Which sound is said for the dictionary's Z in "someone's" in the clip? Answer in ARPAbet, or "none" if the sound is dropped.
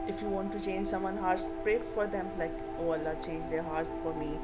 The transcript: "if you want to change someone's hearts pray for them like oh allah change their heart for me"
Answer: none